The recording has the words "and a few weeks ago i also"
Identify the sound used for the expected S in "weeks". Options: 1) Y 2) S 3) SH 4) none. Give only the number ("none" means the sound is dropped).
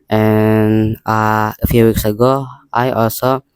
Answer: 2